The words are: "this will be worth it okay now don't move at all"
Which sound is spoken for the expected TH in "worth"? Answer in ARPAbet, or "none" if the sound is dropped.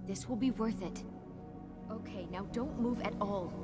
TH